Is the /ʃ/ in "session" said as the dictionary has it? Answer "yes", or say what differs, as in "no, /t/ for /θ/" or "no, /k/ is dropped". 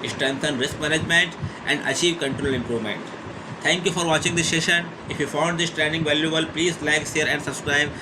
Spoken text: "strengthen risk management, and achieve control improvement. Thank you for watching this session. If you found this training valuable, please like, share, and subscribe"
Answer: yes